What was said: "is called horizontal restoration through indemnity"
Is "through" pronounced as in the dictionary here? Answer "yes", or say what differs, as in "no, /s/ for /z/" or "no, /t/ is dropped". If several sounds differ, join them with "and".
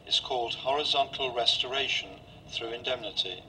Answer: yes